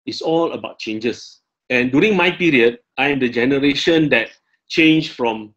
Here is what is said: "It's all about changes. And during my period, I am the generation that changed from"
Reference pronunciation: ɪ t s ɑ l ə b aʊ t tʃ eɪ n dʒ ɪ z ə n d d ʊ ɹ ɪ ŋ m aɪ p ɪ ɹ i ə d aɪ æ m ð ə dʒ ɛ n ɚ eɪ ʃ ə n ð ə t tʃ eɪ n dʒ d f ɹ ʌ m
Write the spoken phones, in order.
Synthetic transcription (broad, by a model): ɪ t s ɑ l ə b aʊ t tʃ eɪ n dʒ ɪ s ə n d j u ɹ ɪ ŋ m aɪ p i ɹ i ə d aɪ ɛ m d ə dʒ ɛ n ɚ eɪ ʃ ə n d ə t tʃ eɪ n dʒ f ɹ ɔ m